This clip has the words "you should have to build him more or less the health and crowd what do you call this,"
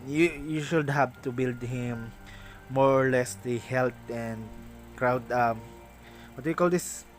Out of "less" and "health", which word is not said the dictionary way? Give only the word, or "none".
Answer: health